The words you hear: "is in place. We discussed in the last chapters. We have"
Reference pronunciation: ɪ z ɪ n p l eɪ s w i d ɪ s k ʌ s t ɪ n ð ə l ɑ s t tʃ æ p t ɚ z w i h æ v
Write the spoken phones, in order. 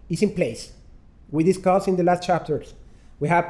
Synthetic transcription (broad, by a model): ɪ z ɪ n p l eɪ s w i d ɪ s k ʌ s ɪ n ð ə l ɑ s t tʃ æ p t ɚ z w i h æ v